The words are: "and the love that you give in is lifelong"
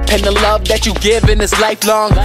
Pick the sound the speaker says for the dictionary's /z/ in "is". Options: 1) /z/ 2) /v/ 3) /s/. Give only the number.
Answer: 3